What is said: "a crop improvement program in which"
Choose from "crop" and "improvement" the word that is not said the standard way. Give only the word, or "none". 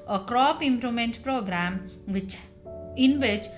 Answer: improvement